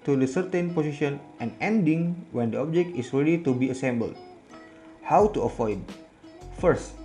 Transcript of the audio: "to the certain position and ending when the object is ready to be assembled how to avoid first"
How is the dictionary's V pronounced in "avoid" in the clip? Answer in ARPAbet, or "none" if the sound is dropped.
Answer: F